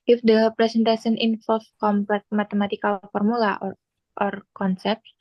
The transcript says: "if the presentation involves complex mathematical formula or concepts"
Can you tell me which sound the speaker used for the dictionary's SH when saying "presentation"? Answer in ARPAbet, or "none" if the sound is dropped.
S